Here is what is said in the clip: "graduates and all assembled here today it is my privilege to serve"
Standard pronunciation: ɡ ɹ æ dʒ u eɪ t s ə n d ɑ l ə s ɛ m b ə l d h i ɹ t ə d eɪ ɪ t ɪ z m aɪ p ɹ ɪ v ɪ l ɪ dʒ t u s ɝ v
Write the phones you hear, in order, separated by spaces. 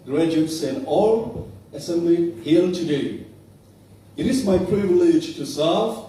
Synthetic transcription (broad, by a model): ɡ ɹ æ dʒ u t s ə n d ɑ l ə s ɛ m b l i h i l t ə d eɪ ɪ t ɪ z m aɪ p ɹ ɪ v ɪ l ɪ dʒ t u s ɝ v